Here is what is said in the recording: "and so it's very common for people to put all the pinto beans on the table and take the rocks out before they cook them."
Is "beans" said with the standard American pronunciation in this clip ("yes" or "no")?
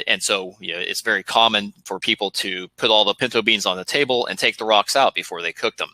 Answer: yes